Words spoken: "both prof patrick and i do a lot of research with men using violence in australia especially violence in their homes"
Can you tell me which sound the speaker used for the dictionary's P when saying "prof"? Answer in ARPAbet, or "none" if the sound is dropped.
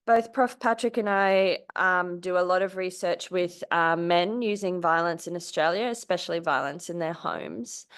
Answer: P